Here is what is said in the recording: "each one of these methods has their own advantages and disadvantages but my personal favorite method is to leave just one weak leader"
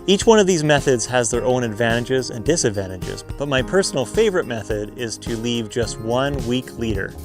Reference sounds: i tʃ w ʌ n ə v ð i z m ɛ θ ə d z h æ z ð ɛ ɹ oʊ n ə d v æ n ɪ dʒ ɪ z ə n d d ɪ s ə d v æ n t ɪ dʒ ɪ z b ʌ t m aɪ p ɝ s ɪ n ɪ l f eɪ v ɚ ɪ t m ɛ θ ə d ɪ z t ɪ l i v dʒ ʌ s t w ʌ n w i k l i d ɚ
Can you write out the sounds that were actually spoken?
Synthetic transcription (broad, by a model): i tʃ w ʌ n ə v ð i z m ɛ θ ə d z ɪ z ð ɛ ɹ oʊ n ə d v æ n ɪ dʒ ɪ z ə n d d ɪ s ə d v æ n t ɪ dʒ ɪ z b ʌ t m aɪ p ɝ s n l f eɪ v ɚ ɪ t m ɛ θ ə d ɪ z t ɪ l i v dʒ ʌ s t w ʌ n w i k l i d ɚ